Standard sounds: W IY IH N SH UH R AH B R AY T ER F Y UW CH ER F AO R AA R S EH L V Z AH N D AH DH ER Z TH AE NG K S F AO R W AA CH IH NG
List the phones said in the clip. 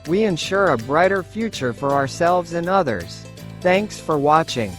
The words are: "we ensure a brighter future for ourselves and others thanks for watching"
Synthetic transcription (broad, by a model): W IY IH N SH UH R AH B R AY T ER F Y UW CH ER F AO R AA R S EH L V Z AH N AH DH ER Z TH AE NG K S F AO R W AA CH IH NG